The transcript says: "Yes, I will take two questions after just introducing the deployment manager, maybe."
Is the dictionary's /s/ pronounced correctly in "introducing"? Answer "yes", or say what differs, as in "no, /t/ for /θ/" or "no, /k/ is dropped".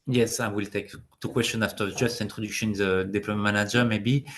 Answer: no, /ʃ/ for /s/